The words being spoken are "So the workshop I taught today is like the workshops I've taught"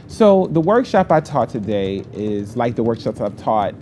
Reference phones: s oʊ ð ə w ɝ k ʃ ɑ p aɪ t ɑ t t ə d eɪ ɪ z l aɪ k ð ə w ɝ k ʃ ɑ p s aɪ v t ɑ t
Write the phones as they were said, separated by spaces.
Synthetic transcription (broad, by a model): s oʊ ð ə w ɝ k ʃ ɑ p aɪ t ɑ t t ə d eɪ ɪ z l aɪ k ð ə w ɝ k ʃ ɑ p s aɪ v t ɑ t